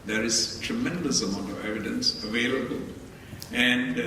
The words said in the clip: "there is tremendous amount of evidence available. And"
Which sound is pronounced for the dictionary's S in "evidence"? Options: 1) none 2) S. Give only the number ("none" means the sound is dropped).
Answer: 2